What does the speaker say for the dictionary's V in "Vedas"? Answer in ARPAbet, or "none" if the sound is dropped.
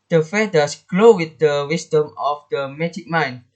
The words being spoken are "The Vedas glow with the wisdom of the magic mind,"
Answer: F